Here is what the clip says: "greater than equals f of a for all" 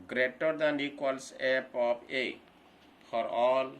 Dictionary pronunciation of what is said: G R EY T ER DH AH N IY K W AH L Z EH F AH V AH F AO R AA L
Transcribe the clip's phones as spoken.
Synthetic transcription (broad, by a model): G R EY T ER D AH N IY K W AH L S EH P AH P AH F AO R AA L